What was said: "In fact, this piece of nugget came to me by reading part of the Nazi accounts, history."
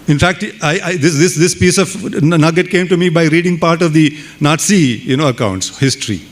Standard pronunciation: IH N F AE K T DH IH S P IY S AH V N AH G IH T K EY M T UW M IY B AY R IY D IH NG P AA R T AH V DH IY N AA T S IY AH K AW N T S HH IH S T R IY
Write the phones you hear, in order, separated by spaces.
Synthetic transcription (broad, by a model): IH N F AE K T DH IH S P IY S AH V N AH G IH T K EY M T UW M IY B AY R IY D IH NG P AA R T AH V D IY N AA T S IY AH K AW N T S HH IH S T R IY